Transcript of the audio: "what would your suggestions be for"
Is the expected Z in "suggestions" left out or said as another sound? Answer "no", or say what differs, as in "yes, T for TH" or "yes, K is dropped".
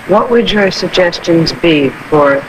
no